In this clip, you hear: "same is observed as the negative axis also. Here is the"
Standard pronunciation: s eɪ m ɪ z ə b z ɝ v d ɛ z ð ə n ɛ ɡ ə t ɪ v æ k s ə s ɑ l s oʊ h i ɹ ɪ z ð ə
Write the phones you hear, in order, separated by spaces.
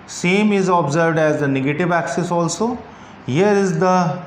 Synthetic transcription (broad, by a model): s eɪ m ɪ z ə b z ɝ v d ɛ z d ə n ɛ ɡ ə t ɪ v æ k s ə s ɑ l s oʊ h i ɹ ɪ z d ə